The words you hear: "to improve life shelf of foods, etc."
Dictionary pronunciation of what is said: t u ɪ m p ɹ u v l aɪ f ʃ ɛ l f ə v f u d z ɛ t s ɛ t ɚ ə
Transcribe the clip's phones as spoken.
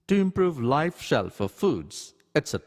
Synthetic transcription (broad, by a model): t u ɪ m p ɹ u v l aɪ f ʃ ɛ l f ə f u d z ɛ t s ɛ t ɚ